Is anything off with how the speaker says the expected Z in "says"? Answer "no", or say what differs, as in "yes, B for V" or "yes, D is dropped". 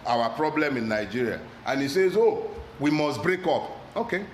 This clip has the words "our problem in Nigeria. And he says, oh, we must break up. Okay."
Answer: no